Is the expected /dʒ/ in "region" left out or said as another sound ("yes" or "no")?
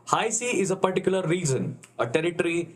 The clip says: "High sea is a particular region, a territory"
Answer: yes